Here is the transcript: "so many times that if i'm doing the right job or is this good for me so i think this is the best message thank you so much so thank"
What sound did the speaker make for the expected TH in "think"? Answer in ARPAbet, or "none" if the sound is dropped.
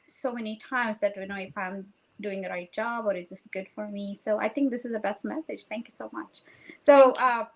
TH